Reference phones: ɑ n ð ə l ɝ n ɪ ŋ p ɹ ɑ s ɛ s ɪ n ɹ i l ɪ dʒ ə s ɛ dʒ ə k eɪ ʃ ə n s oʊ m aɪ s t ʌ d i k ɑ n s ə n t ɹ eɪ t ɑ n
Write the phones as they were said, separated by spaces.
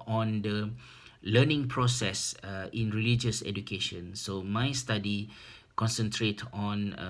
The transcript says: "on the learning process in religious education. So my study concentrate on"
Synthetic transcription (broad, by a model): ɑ n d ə l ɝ n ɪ ŋ p ɹ ɑ s ɛ s ɪ n ɹ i l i dʒ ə s ɛ dʒ ə k eɪ ʃ ə n s oʊ m aɪ s t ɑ d i k ɑ n s ə n t ɹ eɪ t ɑ n